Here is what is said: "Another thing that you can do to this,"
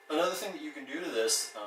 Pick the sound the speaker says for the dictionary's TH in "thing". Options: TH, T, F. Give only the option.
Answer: TH